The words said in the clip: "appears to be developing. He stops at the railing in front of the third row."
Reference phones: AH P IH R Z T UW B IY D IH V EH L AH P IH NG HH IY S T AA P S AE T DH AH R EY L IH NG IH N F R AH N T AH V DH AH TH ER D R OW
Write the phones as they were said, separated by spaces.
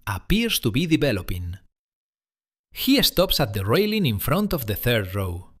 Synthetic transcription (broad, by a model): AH P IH R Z T UW B IY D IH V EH L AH P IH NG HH IY S T AA P S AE T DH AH R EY L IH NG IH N F R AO N T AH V DH AH TH ER D R OW